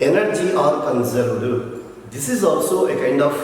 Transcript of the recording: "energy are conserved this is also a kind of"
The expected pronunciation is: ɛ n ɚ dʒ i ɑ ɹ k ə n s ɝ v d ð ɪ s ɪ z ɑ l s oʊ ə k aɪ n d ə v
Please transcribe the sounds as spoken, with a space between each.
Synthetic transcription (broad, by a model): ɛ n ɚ dʒ i ɑ ɹ k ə n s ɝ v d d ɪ s ɪ z ɑ l s oʊ ə k aɪ n d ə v